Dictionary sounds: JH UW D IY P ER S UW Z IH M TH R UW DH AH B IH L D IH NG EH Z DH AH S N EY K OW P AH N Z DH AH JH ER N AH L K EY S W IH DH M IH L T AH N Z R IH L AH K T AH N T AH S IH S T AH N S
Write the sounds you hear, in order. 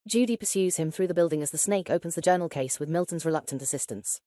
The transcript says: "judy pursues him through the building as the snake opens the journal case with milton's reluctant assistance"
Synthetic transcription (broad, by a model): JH UW D IY P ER S UW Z IH M TH R UW DH AH B IH L D IH NG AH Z DH AH S N EY K OW P AH N Z DH AH JH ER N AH L K EY S W IH DH M IH L T N Z R IH L AH K T AH N T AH S IH S T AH N S